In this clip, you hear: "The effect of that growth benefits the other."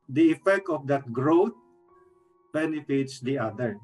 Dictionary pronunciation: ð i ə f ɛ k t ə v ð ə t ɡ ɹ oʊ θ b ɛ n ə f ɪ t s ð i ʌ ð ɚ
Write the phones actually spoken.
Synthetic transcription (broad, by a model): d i ə f ɛ k t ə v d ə t ɡ ɹ oʊ t b ɛ n ə f ɪ t s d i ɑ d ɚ